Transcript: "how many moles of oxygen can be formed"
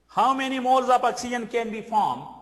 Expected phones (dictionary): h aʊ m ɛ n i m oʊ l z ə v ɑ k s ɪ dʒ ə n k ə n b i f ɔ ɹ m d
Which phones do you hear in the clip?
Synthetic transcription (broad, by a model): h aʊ m ɛ n i m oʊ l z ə p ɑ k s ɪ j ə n k ə n b i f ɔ m